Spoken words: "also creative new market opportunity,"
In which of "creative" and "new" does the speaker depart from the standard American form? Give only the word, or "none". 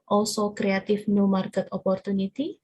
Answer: creative